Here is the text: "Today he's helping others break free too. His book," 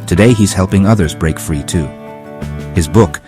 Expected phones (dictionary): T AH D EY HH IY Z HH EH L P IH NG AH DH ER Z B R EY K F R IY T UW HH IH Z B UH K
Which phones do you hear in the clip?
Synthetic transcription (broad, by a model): T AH D EY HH IY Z HH EH L P IH NG AH DH ER Z B R EY K F R IY T UW HH IH Z B UH K